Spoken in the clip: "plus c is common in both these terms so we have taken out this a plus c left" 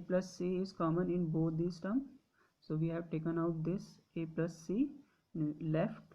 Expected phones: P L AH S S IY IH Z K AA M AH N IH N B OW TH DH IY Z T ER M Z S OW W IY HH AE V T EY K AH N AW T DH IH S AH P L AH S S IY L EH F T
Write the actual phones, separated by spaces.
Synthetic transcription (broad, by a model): P L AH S S IY IH Z K AA M AH N IH N B OW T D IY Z T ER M S OW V IY HH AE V T EY K AH N AW T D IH S AH P L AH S S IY L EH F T